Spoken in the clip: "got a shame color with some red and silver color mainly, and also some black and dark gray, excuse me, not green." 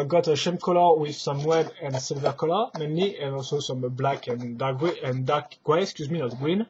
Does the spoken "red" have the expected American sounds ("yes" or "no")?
no